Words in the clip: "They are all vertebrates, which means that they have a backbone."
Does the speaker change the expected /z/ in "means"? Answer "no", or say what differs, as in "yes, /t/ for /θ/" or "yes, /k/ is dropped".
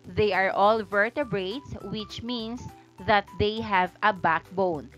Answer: yes, /s/ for /z/